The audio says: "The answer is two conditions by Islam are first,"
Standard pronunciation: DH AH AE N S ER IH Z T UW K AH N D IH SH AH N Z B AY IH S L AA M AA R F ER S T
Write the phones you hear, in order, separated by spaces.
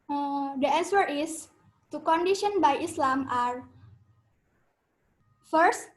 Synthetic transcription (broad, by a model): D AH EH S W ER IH S T UW K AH N D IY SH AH N B AY IH S L AA M AA R F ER S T